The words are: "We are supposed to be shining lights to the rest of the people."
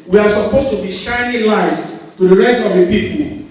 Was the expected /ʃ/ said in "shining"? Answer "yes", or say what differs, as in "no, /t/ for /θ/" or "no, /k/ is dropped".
yes